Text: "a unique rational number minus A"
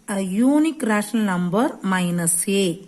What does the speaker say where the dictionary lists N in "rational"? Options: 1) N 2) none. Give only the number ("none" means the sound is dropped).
2